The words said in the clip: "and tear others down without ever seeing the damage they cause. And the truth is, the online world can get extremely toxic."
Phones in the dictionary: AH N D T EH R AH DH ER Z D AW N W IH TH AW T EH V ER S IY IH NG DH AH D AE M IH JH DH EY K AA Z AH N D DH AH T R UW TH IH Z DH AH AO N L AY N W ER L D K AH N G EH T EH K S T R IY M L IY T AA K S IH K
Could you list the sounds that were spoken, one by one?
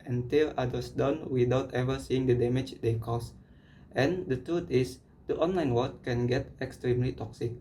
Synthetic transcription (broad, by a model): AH N T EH L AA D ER S D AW N W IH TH AW T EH V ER S IY IH NG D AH D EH M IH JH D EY K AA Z AH N D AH T R UW T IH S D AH AO N L AY N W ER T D K AH N G EH T EH K S T R IY M L IY T AA K S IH K